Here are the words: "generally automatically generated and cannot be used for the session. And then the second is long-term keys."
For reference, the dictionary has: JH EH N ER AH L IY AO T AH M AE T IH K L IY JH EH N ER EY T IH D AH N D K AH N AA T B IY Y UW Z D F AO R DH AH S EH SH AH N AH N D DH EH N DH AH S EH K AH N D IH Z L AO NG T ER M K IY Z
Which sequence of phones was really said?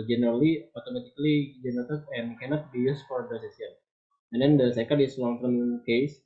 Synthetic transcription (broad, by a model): JH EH N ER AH L IY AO T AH M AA T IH K L IY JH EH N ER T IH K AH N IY K AH N AA T B IY Y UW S F AO R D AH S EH S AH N AH N D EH N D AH S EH K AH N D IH S L AO NG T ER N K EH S